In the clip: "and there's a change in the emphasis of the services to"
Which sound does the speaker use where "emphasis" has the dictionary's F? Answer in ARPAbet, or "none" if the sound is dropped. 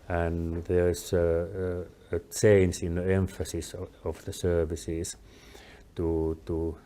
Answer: F